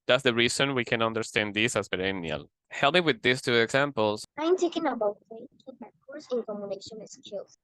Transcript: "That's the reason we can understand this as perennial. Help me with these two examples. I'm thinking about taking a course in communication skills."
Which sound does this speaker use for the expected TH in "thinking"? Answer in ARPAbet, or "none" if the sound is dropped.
T